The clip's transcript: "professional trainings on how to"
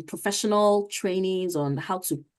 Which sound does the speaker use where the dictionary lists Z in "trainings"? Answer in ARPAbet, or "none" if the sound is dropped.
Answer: Z